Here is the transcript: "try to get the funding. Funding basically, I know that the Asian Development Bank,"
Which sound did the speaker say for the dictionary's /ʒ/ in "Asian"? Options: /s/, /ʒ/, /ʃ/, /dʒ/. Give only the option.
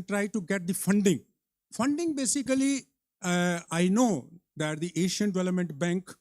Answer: /ʃ/